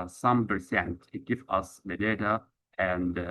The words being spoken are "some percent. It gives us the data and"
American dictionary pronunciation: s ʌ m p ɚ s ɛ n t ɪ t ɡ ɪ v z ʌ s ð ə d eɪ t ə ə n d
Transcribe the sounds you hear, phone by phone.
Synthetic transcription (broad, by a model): s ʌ m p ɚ s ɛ n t ɪ t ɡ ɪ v ʌ s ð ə d eɪ t ə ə n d